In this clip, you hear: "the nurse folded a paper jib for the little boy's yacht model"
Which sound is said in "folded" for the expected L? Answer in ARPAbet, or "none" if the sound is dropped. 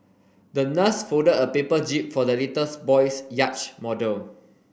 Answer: none